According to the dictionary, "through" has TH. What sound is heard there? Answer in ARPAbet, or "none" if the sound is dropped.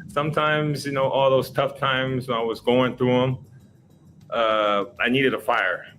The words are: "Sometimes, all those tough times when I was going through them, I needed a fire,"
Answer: TH